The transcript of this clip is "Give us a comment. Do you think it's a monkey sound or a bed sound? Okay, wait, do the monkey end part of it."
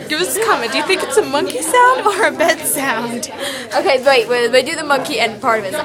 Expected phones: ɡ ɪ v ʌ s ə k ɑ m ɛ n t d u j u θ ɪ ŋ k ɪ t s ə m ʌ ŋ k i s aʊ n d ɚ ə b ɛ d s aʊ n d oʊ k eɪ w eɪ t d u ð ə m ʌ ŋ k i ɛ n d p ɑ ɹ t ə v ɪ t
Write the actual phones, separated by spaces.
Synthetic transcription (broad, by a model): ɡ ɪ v ʌ s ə k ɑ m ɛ d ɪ j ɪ θ ɪ ŋ k ɪ t s ə m ʌ ŋ k i s aʊ n d ɚ ə b ɛ d s aʊ n d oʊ k eɪ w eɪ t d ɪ ð ə m ʌ ŋ k i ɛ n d p ɑ ɹ t ə v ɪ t